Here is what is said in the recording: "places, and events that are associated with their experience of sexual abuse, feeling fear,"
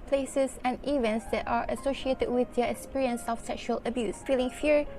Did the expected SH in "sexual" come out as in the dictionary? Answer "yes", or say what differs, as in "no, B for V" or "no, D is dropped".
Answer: yes